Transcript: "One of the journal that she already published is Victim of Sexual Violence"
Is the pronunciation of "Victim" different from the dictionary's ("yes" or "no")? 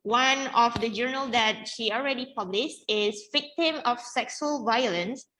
no